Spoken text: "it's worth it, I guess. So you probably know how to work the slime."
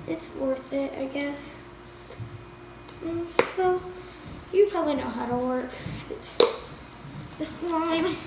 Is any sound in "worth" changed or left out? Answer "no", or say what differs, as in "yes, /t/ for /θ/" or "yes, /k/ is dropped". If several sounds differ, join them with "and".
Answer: no